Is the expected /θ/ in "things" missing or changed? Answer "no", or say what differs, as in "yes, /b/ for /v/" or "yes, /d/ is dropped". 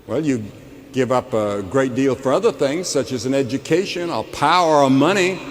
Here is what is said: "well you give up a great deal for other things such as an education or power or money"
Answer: no